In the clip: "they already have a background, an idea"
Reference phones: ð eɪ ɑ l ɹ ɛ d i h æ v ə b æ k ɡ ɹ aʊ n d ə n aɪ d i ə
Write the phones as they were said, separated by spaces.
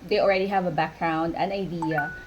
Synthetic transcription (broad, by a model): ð eɪ ɑ l ɹ ɛ d i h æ v ə b æ k ɡ ɹ aʊ n d ə n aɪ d i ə